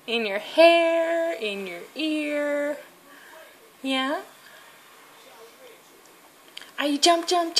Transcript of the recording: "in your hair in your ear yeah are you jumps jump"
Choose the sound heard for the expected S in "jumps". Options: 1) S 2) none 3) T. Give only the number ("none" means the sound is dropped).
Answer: 2